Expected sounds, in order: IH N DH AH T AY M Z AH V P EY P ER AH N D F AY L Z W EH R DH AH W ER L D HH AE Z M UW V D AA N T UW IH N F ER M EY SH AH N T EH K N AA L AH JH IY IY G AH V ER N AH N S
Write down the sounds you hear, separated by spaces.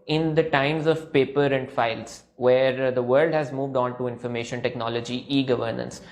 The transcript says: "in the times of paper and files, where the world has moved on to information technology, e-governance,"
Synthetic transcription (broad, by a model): IH N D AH T AY M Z AH V P EY P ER AH N D F AY L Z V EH R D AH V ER L D HH AE Z M UW V D AA N T UW IH N F ER M EY SH AH N T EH K N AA L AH JH IY IY G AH V ER N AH N S